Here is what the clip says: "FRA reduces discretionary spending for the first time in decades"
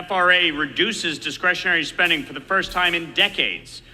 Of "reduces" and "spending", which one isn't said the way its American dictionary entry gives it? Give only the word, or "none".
none